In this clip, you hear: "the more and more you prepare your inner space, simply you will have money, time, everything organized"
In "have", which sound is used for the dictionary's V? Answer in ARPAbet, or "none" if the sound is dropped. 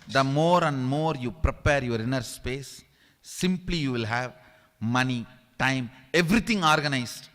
V